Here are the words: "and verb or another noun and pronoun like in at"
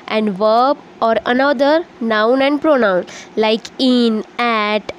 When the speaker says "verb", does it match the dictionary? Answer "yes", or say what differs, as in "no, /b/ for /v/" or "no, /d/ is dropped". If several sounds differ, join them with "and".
yes